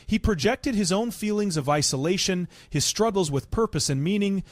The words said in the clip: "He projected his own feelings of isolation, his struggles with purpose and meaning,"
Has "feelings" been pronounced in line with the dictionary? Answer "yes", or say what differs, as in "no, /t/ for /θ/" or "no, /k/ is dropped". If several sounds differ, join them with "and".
yes